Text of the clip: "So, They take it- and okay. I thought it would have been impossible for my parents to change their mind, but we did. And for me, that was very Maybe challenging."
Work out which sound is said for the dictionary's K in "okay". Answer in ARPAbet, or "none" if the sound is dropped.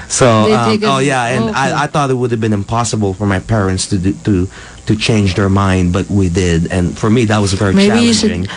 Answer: none